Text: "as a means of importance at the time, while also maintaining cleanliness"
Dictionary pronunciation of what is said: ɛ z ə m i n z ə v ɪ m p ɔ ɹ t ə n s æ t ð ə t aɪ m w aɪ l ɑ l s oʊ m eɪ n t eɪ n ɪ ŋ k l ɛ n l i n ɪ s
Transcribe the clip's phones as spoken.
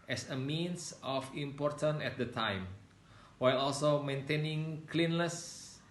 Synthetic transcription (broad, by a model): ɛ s ə m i n s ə f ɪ m p ɔ ɹ t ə n ɛ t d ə t aɪ m w aɪ l ɑ l s oʊ m eɪ n t eɪ n ɪ ŋ k l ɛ n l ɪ s